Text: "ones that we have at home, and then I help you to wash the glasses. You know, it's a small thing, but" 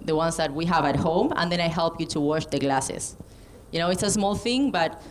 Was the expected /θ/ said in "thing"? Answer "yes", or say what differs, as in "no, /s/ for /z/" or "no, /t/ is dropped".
yes